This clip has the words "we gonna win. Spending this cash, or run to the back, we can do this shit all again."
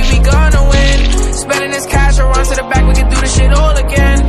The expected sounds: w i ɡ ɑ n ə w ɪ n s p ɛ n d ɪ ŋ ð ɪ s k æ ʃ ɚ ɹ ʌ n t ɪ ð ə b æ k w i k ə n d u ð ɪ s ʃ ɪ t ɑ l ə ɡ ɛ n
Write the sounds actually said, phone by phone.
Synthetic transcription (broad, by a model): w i ɡ ɑ n ə w ɪ n s p ɛ n d ɪ ŋ ð ɪ s k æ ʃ ɚ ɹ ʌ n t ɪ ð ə b æ k w i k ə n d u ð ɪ ʃ ɪ t ɑ l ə ɡ ɛ n